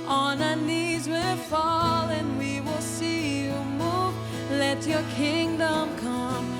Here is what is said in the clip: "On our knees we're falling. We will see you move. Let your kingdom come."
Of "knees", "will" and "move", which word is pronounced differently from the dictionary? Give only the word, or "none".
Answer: none